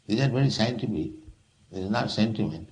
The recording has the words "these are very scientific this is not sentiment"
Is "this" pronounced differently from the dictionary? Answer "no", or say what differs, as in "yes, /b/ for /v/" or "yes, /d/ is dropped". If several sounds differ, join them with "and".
yes, /s/ is dropped